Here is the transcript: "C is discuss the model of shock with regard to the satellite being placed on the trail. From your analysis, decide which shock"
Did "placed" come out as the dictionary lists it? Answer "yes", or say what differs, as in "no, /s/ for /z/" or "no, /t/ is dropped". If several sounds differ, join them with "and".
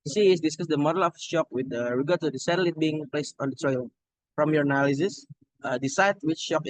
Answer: yes